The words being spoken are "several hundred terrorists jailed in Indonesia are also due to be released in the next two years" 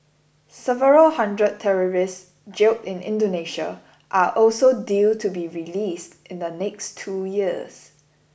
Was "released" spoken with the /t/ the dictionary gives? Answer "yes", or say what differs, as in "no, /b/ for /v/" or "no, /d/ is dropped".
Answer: yes